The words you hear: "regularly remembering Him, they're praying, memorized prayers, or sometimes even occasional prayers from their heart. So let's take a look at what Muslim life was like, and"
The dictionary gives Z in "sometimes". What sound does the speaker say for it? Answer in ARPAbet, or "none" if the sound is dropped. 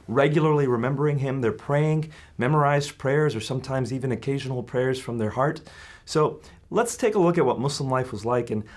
Z